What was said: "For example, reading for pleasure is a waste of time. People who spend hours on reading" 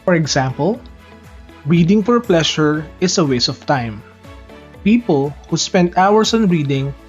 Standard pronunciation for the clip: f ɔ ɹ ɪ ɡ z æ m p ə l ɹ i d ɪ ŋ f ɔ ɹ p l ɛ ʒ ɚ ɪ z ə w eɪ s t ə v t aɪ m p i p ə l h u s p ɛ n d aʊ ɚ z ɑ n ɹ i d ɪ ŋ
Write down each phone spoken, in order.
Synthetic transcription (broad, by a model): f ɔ ɹ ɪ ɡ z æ m p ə l ɹ i d ɪ ŋ f ɔ ɹ p l ɛ ʃ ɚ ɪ s ə w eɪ s ə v t aɪ m p i p ə l h u s p ɛ n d aʊ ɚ s ɑ n ɹ i d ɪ ŋ